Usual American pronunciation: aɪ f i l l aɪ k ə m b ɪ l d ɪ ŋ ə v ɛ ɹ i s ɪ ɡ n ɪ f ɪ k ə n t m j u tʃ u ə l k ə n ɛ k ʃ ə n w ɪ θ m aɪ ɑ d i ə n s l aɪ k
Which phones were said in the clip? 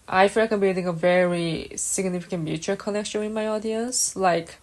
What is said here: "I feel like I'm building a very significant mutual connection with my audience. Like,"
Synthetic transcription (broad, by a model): aɪ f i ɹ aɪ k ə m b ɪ d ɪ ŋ ə v ɛ ɹ i s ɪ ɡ n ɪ f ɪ k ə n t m j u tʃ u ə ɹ k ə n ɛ k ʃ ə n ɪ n m aɪ ɑ d i ə n s l aɪ k